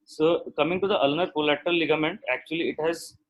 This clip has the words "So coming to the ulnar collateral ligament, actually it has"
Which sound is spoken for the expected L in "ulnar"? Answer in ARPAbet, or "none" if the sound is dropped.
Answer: L